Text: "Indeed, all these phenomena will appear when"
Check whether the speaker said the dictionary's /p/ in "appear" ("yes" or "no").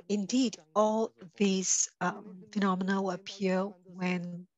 no